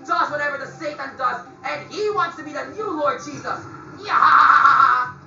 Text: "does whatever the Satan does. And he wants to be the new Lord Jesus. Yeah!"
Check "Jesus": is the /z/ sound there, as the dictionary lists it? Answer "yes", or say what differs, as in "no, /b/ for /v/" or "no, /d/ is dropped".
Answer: yes